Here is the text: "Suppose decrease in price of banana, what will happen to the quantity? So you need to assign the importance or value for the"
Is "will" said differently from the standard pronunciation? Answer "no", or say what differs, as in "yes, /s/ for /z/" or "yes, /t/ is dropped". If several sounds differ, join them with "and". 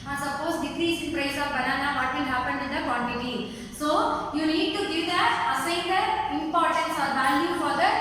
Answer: yes, /n/ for /l/